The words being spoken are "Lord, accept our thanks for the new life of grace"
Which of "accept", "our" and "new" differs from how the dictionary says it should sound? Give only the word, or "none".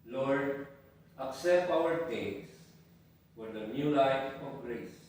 none